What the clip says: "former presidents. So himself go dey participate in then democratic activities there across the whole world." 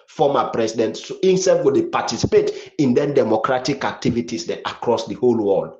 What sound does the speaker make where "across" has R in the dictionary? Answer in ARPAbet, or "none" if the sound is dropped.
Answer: R